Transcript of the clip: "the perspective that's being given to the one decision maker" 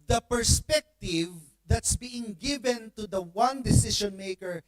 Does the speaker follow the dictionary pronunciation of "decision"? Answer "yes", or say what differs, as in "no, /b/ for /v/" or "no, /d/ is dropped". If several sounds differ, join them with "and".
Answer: no, /ʃ/ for /ʒ/